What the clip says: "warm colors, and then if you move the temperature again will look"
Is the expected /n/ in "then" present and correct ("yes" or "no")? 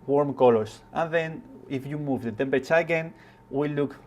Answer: yes